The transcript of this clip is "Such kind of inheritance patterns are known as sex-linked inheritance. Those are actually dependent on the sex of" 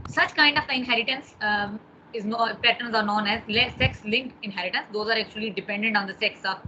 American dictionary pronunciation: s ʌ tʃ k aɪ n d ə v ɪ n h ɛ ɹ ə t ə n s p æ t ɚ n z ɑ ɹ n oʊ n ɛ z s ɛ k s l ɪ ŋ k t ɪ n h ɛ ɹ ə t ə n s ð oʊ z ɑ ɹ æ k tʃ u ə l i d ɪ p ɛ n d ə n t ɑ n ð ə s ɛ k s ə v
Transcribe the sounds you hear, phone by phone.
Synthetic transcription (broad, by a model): s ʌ tʃ k aɪ n d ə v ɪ n h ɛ ɹ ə t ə n s p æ t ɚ n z ɑ ɹ n oʊ n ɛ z s ɛ k s l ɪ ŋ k ɪ n h ɛ ɹ ə t ə n s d oʊ z ɑ ɹ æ k tʃ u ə l i d ɪ p ɛ n d ə n t ɑ n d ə s ɛ k s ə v